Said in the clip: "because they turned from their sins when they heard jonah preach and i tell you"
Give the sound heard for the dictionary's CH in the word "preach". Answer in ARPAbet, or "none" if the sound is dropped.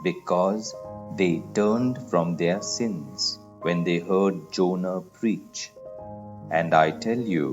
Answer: CH